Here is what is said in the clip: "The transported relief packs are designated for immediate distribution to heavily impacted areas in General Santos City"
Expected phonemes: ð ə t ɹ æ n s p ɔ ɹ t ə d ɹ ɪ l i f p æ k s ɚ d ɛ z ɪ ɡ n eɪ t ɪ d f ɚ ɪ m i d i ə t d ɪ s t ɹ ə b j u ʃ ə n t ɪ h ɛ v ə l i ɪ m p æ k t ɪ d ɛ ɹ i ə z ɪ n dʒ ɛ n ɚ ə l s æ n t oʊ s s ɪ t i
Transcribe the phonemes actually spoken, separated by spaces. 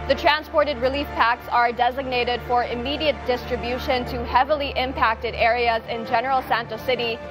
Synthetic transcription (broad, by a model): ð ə t ɹ æ n s p ɔ ɹ t ə d ɹ ɪ l i f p æ k s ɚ d ɛ z ɪ ɡ n eɪ t ɪ d f ɚ ɪ m i d i ə t d ɪ s t ɹ ə b j u ʃ ə n t ɪ h ɛ v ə l i ɪ m p æ k t ɪ d ɛ ɹ i ə z ɪ n dʒ ɛ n ɚ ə l s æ n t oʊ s s ɪ t i